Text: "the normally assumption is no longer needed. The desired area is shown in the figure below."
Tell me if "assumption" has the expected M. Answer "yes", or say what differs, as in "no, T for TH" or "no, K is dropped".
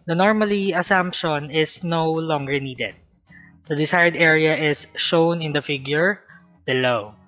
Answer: yes